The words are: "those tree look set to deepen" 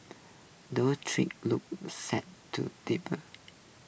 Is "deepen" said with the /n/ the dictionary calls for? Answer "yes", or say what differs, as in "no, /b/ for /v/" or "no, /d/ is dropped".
no, /n/ is dropped